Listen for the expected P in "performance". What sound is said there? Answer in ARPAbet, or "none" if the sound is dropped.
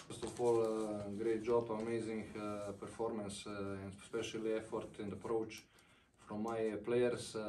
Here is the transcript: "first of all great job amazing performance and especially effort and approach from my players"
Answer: P